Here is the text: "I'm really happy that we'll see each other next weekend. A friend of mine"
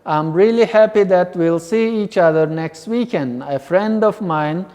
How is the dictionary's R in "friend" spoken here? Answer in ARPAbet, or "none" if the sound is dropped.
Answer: R